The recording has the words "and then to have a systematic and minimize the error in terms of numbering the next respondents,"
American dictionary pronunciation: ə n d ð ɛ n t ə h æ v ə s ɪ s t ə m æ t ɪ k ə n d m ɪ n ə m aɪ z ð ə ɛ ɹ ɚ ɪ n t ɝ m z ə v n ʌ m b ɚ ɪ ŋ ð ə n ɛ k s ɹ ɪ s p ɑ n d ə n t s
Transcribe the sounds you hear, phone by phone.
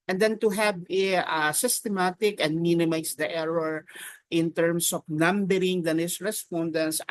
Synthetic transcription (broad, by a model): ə n d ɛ n t ə h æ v ə s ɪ s t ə m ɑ t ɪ k ə n d m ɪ n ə m aɪ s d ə ɛ ɹ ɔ ɪ n t ɝ m s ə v n ʌ m b ɚ ɪ ŋ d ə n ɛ s ɹ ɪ s p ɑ n d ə n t s